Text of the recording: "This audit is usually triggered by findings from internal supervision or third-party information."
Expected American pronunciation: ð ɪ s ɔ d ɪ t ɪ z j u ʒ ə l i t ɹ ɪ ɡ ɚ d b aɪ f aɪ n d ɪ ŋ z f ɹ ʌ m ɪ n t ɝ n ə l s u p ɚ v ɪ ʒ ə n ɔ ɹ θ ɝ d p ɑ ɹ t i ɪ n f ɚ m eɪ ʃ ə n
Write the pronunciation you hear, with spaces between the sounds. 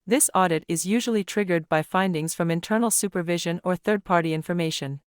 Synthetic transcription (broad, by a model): ð ɪ s ɔ d ɪ t ɪ z j u ʒ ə l i t ɹ ɪ ɡ ɚ d b aɪ f aɪ n d ɪ ŋ z f ɹ ʌ m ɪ n t ɝ n l s u p ɚ v ɪ ʒ ə n ɔ ɹ θ ɝ d p ɑ ɹ t i ɪ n f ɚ m eɪ ʃ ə n